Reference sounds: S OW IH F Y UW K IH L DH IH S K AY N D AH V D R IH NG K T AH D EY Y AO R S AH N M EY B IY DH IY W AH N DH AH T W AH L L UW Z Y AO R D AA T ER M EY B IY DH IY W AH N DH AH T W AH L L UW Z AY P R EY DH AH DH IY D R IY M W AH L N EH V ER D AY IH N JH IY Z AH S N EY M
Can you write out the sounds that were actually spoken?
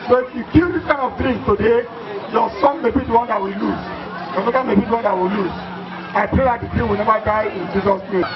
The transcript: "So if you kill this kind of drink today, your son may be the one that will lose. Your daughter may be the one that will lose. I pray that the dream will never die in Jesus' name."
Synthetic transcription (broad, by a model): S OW IH F Y UW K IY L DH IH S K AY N AH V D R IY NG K T AH D EY Y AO S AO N M EY B IY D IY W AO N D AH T W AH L L UW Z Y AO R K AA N M EY B IY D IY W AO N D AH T W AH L L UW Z AY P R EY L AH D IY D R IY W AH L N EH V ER D AY IH N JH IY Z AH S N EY